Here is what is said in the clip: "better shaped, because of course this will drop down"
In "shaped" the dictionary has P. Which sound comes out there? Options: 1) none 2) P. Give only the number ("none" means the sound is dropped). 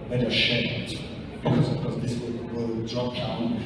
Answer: 1